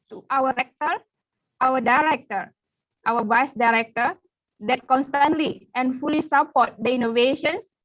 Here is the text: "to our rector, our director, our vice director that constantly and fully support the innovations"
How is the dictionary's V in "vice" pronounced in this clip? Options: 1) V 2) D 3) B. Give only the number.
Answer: 3